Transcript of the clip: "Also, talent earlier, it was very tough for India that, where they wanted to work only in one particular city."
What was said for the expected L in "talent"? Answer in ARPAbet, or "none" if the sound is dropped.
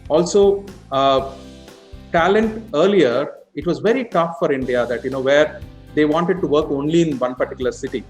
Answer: L